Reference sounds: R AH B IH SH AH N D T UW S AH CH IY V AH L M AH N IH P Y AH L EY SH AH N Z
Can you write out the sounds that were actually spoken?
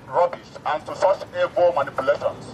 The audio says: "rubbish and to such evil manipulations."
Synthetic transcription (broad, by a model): R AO B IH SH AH N T UW S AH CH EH B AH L M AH N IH P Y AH L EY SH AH N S